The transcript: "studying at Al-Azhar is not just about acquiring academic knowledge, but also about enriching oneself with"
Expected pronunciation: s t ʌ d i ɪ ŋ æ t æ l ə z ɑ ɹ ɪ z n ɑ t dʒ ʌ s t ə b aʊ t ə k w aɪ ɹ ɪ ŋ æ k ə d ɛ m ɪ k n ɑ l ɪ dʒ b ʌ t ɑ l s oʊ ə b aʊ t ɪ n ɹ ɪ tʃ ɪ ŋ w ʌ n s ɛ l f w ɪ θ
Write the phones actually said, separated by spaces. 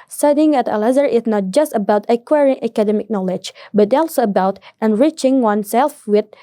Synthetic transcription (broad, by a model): s t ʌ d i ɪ ŋ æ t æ l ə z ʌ ɹ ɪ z n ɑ t dʒ ʌ s t ə b aʊ t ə k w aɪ ɹ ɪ ŋ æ k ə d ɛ m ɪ k n ɑ l ɪ dʒ b ʌ t ɑ l s oʊ ə b aʊ t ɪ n ɹ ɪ tʃ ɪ ŋ w ʌ n s ɛ l f w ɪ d